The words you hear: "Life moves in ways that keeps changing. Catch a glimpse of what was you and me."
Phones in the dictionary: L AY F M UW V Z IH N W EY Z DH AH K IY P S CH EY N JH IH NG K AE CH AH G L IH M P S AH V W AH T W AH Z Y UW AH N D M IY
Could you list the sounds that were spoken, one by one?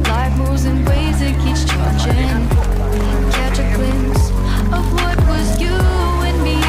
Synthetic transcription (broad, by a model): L AY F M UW Z IH N W EY Z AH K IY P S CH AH JH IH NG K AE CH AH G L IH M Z AH V W AH T W AH Z Y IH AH N M IY